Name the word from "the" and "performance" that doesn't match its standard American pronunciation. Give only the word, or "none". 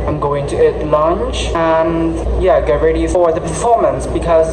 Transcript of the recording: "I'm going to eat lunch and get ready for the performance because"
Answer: none